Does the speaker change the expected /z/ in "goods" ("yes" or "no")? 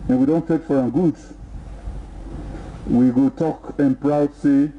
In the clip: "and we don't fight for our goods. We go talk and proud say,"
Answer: yes